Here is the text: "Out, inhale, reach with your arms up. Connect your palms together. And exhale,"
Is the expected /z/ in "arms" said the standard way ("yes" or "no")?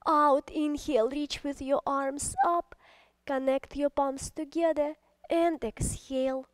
no